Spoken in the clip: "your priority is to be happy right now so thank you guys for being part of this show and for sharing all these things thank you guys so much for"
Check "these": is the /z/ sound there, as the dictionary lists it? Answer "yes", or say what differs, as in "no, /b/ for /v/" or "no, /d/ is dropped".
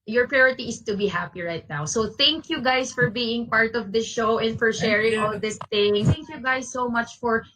no, /s/ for /z/